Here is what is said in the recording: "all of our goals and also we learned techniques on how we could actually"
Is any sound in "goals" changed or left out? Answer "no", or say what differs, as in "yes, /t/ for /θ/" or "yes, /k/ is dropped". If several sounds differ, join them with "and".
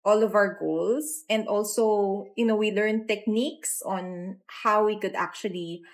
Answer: yes, /s/ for /z/